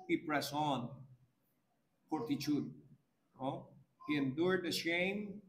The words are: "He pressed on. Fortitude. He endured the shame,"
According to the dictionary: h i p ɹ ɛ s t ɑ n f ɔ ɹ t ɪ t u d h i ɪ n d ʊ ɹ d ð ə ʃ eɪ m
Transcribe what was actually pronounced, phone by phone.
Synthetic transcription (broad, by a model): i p ɹ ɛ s ɑ n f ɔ ɹ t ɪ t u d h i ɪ n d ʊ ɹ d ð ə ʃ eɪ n